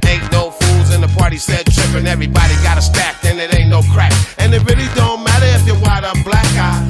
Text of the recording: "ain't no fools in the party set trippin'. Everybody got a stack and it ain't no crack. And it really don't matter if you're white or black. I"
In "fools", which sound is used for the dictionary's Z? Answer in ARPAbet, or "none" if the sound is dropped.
Z